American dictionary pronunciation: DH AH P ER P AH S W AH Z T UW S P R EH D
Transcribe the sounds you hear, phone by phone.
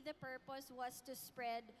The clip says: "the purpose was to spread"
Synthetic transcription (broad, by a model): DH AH P ER P AH S W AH S T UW S P R EH D